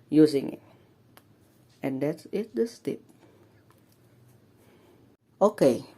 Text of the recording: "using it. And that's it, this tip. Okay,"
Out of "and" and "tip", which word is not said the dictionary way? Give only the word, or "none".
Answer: none